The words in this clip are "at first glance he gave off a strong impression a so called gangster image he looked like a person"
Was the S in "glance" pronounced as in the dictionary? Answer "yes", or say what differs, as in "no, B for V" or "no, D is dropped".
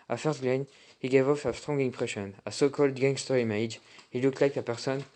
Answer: no, S is dropped